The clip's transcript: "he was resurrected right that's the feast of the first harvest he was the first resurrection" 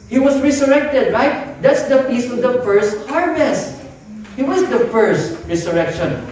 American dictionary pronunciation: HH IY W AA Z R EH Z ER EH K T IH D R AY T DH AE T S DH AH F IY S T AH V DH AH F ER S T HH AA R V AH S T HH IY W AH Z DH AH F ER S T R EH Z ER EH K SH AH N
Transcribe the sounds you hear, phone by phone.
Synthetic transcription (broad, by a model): HH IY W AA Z R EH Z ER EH K T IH D R AY T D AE T S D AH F IY S AH V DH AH F ER S T HH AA R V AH S HH IY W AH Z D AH F ER S T R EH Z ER EH K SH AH N